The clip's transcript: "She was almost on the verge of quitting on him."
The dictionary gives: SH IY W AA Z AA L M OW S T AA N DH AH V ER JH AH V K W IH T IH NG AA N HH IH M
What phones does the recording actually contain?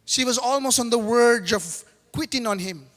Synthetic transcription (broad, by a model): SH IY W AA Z AA L M OW S T AA N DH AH W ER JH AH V K W IH T IH NG AA N HH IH M